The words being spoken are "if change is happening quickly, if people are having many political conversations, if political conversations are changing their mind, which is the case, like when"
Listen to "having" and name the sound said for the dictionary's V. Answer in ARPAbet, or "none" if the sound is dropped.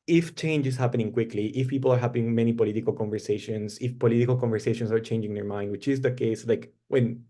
P